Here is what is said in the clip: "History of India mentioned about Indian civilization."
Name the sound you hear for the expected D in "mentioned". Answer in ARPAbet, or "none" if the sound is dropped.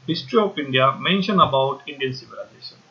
none